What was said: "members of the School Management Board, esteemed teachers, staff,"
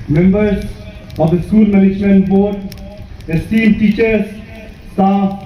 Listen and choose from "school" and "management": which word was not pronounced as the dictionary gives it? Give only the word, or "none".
management